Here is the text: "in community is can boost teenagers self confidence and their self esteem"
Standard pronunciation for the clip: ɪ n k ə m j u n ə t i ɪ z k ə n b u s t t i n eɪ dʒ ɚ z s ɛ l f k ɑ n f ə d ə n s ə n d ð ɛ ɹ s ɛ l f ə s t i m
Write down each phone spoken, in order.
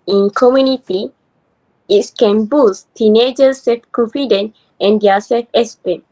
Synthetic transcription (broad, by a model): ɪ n k ə m j u n ə t i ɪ s k ə n b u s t t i n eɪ dʒ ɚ s ɛ l f k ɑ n f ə d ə n ə n d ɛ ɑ s ɛ l f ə s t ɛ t